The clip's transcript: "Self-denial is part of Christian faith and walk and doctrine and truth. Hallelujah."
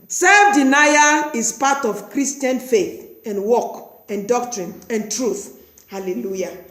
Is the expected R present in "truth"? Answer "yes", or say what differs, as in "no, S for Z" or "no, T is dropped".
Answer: yes